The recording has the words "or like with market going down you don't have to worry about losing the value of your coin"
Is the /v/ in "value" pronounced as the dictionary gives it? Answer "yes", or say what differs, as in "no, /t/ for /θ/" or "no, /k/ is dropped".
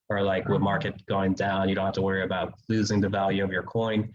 yes